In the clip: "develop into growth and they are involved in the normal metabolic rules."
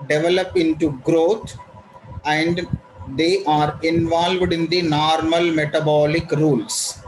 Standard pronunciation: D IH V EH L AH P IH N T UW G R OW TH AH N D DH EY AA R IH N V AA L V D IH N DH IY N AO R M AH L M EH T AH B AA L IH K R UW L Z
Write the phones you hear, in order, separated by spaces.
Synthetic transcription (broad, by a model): D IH V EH L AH P IH N T UW G R OW T AH N D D EY AA R IH N V AA L V D IH N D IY N AO R M AH L M EH T AH B AA L IH K R UW L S